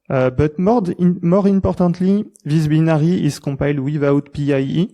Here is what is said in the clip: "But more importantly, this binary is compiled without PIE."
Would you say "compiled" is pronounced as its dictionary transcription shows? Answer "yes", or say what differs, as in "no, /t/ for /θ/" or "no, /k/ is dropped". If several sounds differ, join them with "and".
no, /m/ is dropped